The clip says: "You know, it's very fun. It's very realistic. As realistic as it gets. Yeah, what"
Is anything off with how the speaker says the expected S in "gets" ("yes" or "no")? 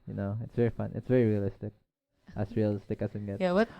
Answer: yes